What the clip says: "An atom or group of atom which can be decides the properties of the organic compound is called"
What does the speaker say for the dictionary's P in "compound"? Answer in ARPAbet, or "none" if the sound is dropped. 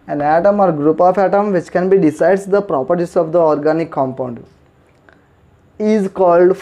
P